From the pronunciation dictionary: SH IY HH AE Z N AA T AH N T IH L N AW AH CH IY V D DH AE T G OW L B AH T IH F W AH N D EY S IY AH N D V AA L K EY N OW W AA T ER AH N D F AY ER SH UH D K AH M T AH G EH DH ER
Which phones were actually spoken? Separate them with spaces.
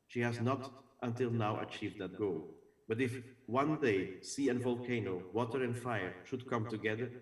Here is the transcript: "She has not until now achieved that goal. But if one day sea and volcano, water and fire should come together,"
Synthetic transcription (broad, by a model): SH IY HH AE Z N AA T AH N T IH L N AW AH CH IY V D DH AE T G OW L B AH T IH F W AH N D EY S IY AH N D V AA L K EY N OW W AA T ER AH N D F AY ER SH UH D K AH M T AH G EH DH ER